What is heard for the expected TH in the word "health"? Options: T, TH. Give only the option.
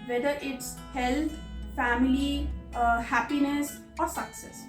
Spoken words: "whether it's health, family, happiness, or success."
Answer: T